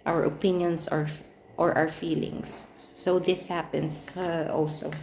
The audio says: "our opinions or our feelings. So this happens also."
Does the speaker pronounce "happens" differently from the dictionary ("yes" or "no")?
yes